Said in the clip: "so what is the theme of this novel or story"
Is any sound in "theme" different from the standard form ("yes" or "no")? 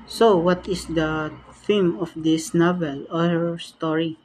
yes